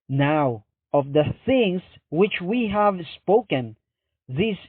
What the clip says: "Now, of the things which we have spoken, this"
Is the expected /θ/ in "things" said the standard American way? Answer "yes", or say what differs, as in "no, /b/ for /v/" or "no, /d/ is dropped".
yes